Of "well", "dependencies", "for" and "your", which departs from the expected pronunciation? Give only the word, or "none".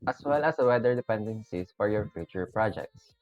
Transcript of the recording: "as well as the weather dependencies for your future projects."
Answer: dependencies